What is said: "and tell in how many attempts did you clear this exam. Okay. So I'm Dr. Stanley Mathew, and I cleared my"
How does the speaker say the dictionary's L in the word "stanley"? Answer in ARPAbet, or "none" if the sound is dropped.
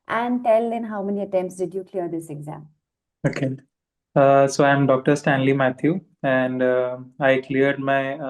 L